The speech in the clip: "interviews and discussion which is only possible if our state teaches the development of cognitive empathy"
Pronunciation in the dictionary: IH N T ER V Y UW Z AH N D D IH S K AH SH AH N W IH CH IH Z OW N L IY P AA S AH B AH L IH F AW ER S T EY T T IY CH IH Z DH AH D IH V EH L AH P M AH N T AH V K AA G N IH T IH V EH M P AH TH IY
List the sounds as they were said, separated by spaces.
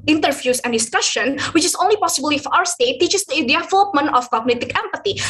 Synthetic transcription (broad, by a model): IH N T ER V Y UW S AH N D D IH S K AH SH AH N W IH CH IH S OW N L IY P AA S AH B AH L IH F AW ER S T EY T T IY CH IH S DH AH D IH F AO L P M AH N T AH F K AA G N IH T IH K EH M P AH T IY